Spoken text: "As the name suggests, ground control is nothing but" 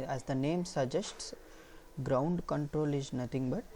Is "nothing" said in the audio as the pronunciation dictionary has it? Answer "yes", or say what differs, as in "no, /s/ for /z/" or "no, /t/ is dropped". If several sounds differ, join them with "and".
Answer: no, /t/ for /θ/